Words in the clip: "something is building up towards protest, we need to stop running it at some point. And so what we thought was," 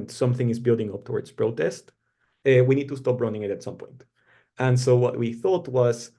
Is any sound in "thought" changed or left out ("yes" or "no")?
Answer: no